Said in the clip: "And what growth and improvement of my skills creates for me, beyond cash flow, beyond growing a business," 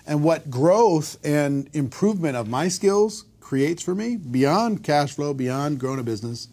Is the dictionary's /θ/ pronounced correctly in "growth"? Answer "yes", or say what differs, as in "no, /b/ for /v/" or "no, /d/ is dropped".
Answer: yes